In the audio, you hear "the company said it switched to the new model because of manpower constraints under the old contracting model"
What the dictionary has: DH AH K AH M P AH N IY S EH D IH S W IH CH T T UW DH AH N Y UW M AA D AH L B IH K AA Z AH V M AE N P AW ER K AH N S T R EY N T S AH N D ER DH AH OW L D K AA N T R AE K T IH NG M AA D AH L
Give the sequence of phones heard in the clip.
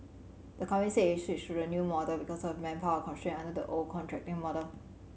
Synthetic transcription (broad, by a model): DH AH K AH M AH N S IH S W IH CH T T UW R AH N Y UW M AA D AH L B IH K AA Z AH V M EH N P AW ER K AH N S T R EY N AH N D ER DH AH OW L K AA N T R AE K T IH NG M AA D AH L